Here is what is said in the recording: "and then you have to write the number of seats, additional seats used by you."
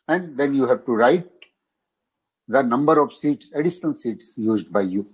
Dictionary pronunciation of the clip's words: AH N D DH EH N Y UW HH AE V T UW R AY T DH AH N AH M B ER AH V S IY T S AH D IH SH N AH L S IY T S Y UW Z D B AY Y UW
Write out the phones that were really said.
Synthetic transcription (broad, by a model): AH N D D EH N Y UW HH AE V T UW R AY T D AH N AH M B ER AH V S IY T S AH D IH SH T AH N S IY T S Y UW Z D B AY Y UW